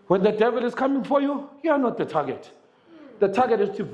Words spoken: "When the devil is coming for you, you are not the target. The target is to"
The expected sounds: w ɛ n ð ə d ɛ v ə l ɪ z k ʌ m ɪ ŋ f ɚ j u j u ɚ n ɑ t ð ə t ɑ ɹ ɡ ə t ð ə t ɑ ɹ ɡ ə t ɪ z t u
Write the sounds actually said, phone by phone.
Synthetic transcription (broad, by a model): w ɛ n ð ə d ɛ v ə l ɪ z k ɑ m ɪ ŋ f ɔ j u j u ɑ n ɑ t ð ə t ɑ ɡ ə t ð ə t ɑ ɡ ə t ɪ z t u